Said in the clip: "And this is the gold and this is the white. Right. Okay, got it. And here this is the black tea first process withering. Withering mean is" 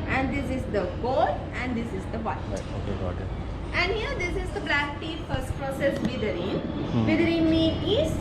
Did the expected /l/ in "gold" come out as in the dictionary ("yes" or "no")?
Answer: no